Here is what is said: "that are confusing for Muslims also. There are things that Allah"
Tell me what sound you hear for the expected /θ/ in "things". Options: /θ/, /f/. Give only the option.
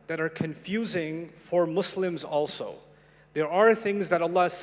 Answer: /θ/